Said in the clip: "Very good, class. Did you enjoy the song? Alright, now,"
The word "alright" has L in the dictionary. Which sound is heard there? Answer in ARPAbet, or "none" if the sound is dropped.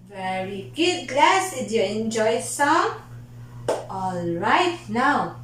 L